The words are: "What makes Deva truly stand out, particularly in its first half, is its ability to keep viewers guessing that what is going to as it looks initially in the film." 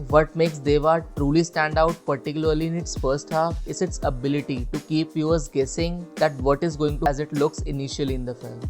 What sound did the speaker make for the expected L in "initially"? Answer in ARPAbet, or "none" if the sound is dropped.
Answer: L